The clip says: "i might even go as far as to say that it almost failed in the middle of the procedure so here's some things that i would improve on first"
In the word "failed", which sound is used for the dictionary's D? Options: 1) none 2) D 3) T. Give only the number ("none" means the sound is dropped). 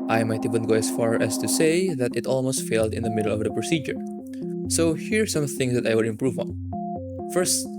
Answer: 2